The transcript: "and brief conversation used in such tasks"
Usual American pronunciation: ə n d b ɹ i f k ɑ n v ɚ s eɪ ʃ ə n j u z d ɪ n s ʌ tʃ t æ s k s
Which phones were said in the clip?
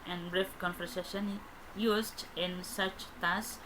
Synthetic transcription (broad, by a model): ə n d b ɹ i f k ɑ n f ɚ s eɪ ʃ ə n j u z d ɪ n s ʌ tʃ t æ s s